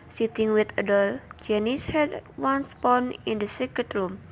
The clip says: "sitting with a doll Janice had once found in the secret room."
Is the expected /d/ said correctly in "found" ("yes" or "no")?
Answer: no